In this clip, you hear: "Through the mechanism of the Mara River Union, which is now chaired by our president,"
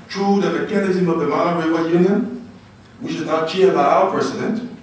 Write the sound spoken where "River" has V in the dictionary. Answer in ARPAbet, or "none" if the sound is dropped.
W